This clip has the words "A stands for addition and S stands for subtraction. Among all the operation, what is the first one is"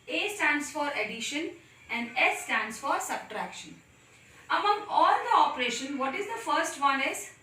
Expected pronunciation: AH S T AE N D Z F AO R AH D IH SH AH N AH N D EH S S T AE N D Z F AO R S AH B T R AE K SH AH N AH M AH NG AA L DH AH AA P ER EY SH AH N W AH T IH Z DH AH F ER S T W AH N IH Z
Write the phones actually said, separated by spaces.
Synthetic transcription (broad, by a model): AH S T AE N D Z F AO R AH D IH SH AH N AH N D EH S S T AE N D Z F AO R S AH B T R AE K SH AH N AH M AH NG AA L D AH AA P ER EY SH AH N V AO T IH Z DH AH F ER S T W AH N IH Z